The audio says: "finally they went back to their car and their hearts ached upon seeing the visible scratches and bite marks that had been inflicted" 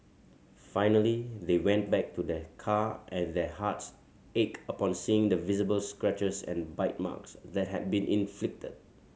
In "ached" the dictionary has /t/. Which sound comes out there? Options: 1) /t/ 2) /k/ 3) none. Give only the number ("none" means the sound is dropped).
3